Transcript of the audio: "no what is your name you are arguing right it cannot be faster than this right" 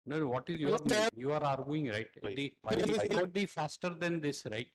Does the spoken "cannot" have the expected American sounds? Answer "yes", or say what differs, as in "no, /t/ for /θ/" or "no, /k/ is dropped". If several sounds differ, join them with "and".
no, /n/ is dropped